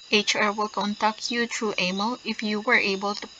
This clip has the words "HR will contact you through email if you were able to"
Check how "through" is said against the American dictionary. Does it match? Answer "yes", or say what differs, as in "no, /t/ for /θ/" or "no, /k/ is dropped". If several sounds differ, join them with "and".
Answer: no, /t/ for /θ/